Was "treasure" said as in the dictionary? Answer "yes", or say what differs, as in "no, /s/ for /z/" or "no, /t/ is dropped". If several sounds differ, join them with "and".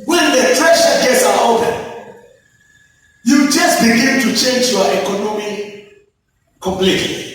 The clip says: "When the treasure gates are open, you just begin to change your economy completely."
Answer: no, /ʃ/ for /ʒ/